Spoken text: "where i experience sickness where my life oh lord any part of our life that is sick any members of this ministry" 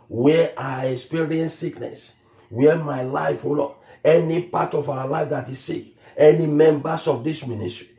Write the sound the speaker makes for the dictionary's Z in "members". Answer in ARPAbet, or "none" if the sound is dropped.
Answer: S